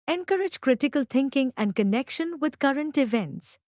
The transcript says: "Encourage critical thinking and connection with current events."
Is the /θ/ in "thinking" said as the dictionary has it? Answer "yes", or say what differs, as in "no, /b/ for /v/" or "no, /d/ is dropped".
no, /t/ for /θ/